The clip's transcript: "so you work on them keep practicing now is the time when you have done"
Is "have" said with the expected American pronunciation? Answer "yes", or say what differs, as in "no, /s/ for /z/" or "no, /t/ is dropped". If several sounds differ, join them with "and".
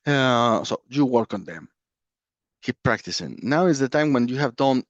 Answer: yes